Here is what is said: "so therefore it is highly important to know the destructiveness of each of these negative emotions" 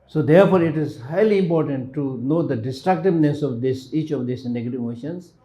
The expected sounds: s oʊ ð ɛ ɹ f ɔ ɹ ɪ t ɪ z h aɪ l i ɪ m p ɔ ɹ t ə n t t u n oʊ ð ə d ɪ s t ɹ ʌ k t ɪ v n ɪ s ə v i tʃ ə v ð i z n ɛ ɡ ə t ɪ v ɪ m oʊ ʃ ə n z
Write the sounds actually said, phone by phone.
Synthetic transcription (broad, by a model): s oʊ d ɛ ɹ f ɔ ɹ ɪ t ɪ z h aɪ l i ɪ m p ɔ ɹ t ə n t t u n oʊ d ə d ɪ s t ɹ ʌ k t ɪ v n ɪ s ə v i tʃ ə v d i s n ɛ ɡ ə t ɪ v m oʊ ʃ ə n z